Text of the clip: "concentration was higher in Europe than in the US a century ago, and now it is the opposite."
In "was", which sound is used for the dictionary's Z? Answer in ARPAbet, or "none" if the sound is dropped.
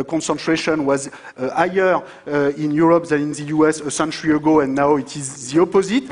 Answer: Z